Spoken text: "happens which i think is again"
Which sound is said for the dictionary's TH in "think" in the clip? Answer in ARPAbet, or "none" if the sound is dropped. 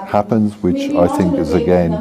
TH